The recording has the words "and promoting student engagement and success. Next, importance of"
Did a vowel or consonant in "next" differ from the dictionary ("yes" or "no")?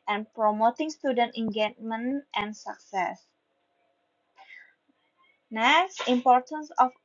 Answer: yes